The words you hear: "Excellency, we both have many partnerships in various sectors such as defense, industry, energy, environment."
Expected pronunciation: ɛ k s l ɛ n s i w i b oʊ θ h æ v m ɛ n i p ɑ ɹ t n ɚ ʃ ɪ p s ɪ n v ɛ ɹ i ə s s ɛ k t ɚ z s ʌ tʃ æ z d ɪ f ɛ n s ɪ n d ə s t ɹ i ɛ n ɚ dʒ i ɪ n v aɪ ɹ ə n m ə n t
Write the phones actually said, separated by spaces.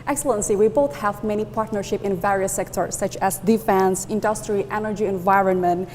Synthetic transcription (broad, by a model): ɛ k s l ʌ n s i w i b oʊ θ h æ v m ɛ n i p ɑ ɹ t n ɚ ʃ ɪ p ɪ n v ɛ ɹ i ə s s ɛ k t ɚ s ʌ tʃ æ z d ɪ f ɛ n s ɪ n d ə s t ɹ i ɛ n ɚ dʒ i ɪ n v aɪ ɹ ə n m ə n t